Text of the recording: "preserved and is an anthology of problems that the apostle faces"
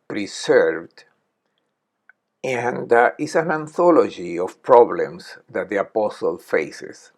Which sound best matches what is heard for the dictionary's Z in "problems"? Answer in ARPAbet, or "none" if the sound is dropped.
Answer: S